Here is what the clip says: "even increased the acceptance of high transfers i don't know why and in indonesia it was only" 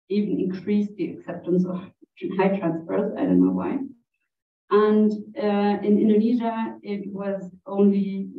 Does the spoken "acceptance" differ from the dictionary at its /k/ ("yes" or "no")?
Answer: no